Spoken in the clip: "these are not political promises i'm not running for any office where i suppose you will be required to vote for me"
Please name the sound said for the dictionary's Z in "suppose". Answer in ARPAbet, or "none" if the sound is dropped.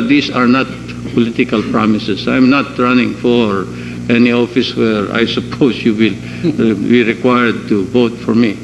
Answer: S